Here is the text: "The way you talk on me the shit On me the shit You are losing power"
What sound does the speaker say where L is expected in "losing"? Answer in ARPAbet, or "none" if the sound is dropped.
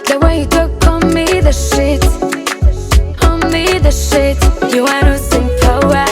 N